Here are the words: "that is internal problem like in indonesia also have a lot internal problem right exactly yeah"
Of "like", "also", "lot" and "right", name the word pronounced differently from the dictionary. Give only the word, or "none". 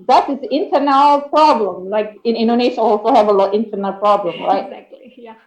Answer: right